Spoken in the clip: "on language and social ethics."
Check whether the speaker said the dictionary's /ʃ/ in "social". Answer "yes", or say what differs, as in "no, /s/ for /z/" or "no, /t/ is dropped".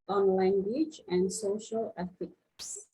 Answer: yes